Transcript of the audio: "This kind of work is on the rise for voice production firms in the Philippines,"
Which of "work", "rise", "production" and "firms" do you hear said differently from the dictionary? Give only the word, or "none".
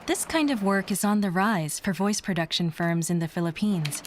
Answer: none